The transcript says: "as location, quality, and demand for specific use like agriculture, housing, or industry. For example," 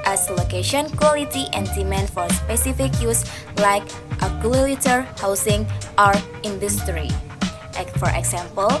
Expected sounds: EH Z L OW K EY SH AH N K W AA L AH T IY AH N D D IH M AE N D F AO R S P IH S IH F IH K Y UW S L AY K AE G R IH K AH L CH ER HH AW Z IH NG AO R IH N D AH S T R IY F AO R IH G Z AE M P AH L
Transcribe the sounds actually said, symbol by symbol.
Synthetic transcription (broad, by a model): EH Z L OW K EY SH AH N K W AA L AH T IY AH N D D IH M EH N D F AO R S P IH S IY F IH K Y UW S L AY K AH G IH AH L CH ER HH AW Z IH NG AO R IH N D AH S T R IY F AO R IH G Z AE M P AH L